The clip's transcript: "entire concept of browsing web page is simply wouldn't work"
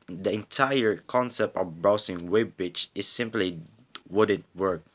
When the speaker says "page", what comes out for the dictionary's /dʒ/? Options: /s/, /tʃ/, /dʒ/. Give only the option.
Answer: /tʃ/